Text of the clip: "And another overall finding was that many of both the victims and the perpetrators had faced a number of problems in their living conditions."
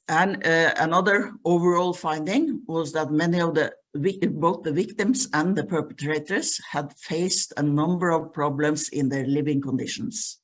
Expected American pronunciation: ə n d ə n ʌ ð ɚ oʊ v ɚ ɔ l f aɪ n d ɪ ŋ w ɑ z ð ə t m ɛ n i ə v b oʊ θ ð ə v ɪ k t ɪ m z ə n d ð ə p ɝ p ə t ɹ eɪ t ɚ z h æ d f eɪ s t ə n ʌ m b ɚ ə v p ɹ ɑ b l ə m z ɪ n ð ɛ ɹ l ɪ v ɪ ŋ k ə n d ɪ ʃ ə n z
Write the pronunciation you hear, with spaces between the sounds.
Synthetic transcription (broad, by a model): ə n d ə n ʌ ð ɚ oʊ v ɚ ɔ l f aɪ n d ɪ ŋ w ɑ z ð ə t m ɛ n i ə v b oʊ θ ð ə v ɪ k t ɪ m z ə n ð ə p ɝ p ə t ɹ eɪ t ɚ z h æ d f eɪ s t ə n ʌ m b ɚ ə v p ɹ ɑ b l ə m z ɪ n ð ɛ ɹ l ɪ v ɪ ŋ k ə n d ɪ ʃ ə n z